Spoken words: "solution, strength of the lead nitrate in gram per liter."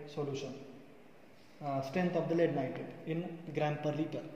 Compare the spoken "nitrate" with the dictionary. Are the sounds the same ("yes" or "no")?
no